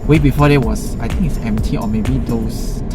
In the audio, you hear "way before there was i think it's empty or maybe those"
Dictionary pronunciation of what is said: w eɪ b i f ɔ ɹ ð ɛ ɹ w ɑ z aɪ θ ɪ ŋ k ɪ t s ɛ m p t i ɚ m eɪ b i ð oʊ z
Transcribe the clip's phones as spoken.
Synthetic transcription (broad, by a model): w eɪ b i f ɔ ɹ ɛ w ɑ s aɪ t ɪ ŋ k ɪ t s ɛ m p t i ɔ m eɪ b i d oʊ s